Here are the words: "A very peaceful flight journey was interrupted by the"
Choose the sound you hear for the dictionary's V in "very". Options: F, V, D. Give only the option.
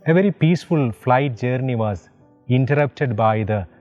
V